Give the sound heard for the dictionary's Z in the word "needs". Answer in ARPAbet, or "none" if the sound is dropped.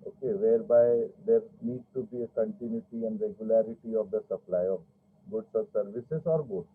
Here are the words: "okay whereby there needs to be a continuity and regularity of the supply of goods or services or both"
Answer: none